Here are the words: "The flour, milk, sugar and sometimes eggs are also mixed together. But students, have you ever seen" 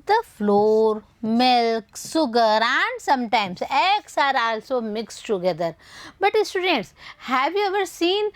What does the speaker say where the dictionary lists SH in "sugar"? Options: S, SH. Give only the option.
S